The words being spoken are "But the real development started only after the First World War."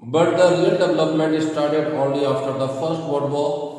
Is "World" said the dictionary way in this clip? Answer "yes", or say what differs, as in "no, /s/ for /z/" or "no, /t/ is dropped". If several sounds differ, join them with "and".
no, /l/ is dropped